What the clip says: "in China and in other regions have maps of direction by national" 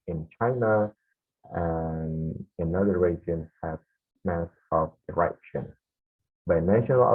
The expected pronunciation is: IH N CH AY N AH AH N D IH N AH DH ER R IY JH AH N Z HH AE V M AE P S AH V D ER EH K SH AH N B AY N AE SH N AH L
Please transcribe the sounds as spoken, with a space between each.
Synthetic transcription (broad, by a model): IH N CH AY N AH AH N IH N AH DH ER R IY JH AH N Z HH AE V M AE S AH V D ER EH K SH AH N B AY N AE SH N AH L